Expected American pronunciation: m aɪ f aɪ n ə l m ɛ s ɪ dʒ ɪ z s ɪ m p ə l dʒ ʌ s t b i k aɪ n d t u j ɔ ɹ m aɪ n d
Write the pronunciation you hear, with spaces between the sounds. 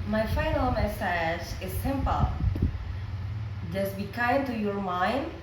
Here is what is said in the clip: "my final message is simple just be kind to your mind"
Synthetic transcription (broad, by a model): m aɪ f aɪ n ə l m ɛ s ɪ dʒ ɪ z s ɪ m p ə l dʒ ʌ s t b i k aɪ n t u j ɔ ɹ m aɪ n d